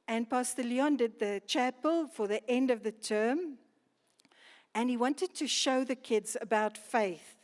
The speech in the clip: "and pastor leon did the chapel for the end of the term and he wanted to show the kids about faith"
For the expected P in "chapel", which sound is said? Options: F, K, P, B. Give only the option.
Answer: P